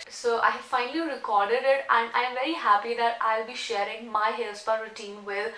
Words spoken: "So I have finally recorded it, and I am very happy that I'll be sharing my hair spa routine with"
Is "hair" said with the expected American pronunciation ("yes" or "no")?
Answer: no